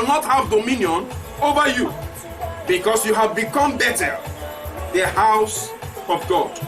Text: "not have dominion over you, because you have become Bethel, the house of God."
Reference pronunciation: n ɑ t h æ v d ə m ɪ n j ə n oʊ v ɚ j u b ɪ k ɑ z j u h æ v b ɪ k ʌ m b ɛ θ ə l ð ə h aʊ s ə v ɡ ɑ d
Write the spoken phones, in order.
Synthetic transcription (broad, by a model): n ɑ t h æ v d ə m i n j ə n oʊ v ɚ j u b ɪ k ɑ s j u h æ v b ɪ k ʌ m b ɛ t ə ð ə h aʊ s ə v ɡ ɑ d